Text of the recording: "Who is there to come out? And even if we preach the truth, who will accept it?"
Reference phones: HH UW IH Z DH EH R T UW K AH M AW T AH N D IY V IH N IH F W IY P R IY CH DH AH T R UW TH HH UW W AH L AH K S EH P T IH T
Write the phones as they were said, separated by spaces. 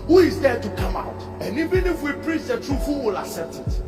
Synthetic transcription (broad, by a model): HH UW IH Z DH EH T UW K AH M AW T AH N IY V IH N IH F W IY P R IY CH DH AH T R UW F HH UW W AH L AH S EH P T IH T